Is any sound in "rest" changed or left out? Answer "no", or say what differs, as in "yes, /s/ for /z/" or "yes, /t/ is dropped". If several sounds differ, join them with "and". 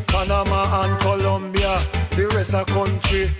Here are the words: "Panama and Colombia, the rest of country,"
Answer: yes, /t/ is dropped